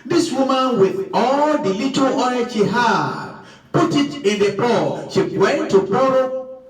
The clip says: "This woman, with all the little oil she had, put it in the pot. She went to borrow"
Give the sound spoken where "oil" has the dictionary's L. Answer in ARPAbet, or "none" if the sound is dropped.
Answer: N